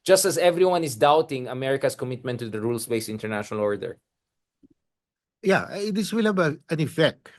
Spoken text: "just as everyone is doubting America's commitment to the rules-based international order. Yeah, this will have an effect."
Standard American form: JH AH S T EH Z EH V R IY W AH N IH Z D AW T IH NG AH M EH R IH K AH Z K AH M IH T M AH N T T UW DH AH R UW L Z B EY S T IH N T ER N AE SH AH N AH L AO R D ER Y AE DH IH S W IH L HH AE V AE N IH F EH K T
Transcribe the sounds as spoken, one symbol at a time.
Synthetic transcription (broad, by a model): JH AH S T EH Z EH V R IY W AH N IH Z D AW T IH NG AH M EH R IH K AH S K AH M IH T M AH N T T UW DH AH R UW L S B EY S IH N T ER N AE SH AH N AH L AO R D ER Y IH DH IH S W IH L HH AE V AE N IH F EH K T